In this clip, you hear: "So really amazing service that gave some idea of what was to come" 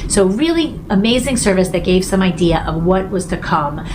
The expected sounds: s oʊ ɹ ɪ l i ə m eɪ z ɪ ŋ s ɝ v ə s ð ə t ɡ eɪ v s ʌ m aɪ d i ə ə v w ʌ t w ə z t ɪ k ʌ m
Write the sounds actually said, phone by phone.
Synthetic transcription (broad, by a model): s oʊ ɹ ɪ l i ə m eɪ z ɪ ŋ s ɝ v ə s ð ə t ɡ eɪ v s ʌ m aɪ d i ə ə v w ʌ t w ə z t ɪ k ʌ m